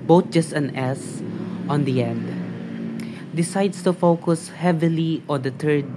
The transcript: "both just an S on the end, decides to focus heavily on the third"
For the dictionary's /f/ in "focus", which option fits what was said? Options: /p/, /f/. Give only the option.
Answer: /f/